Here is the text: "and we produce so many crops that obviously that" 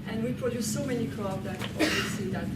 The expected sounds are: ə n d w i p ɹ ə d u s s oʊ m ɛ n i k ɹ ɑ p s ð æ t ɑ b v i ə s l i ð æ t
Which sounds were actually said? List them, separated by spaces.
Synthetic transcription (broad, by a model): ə n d w i p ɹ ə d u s s oʊ m ɛ n i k l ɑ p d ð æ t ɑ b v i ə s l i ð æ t